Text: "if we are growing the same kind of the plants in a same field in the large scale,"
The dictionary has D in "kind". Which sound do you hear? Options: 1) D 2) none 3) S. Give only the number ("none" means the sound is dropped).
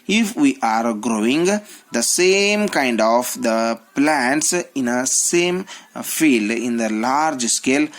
1